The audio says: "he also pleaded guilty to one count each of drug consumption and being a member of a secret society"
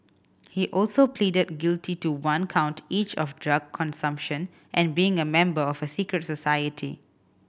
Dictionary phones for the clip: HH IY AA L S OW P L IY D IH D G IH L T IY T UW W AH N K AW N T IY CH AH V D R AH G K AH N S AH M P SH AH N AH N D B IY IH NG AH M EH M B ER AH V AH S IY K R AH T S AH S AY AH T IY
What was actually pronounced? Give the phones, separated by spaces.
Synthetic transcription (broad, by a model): HH IY AA L S OW P L IY D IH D G IH L T IY T UW W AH N K AW N T IY CH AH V D R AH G K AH N S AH M P SH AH N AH N B IY IH NG AH M EH M B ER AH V AH S IY K R AH T S AH S AY AH T IY